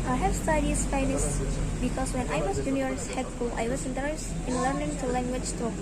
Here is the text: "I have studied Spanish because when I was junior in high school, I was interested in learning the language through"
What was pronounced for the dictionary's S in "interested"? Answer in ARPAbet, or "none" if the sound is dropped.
none